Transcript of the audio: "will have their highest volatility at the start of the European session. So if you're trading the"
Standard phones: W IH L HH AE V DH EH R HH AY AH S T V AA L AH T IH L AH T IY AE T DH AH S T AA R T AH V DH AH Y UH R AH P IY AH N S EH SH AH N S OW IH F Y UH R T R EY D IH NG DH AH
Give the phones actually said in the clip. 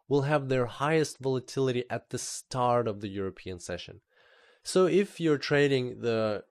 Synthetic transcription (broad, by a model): W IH L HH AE V DH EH R HH AY AH S T V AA L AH T IH L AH T IY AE T DH AH S T AA R T AH V DH AH Y UH R AH P IY AH N S EH SH AH N S OW IH F Y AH R T R EY D IH NG DH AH